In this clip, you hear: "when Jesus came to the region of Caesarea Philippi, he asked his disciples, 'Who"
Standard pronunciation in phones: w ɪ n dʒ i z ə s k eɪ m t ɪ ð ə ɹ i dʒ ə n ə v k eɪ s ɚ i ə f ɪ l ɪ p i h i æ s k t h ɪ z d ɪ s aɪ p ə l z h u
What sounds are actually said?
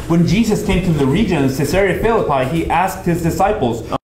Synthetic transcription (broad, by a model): w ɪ n dʒ i z ə s k eɪ m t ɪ ð ə ɹ i dʒ ə n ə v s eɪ s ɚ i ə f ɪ l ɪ p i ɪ i æ s k t h ɪ z d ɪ s aɪ p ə l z